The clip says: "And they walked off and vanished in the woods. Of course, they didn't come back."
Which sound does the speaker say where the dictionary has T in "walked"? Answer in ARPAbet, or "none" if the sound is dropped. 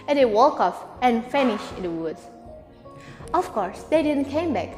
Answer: none